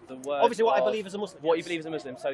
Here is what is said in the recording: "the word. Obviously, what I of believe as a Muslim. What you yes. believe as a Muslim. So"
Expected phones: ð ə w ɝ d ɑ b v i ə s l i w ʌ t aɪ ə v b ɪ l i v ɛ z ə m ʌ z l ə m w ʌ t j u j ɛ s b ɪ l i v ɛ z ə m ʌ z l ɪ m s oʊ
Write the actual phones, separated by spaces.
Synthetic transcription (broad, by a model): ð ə w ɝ ɑ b v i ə s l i w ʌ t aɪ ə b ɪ l i v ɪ z ə m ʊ z l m w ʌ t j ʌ b ɪ l i v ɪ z ə m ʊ z l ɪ m s oʊ